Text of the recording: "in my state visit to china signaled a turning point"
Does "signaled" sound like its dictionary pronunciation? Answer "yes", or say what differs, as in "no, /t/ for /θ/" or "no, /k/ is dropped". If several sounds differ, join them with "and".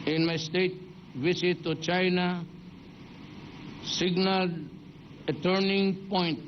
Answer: no, /d/ is dropped